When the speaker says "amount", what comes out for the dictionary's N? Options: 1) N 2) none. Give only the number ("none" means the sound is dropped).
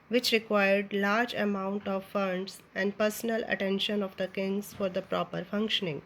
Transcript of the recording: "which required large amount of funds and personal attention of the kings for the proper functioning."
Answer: 1